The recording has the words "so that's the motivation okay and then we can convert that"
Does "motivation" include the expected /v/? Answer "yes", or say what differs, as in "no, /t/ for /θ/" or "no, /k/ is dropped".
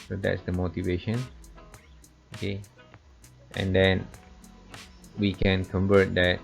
yes